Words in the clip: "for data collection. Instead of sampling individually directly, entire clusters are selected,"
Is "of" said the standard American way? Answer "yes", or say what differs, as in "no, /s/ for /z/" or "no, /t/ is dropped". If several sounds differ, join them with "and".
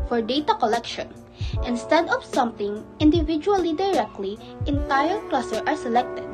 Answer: no, /p/ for /v/